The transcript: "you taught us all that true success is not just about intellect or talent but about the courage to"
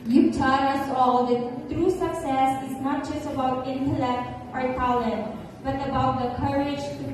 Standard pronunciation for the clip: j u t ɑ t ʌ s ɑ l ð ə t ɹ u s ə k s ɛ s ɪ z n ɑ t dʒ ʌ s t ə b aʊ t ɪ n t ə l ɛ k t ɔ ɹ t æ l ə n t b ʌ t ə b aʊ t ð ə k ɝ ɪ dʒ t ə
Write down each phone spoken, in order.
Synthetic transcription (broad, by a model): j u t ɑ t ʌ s ɑ l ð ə t ɹ u s ə k s ɛ s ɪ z n ɑ t dʒ ʌ s t ə b aʊ t ɪ n t ə l ɛ k t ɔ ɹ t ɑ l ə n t b ʌ t ə b aʊ t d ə k ɝ ɪ dʒ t